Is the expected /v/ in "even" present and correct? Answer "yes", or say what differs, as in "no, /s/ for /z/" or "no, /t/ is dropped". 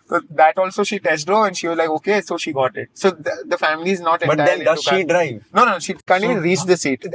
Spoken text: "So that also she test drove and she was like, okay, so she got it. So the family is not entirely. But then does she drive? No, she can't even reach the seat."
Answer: no, /v/ is dropped